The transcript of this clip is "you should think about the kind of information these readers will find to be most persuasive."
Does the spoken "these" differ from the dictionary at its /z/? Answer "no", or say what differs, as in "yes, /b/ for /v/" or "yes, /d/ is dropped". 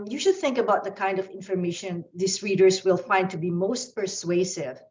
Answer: yes, /s/ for /z/